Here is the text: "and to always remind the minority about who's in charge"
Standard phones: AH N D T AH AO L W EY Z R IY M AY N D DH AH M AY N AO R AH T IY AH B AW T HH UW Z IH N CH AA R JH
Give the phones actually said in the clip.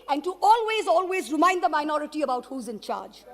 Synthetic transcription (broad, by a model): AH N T T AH AO L W EY Z R IY M AY N D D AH M AY N AO R AH T IY AH B AW T HH UW Z IH N CH AA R JH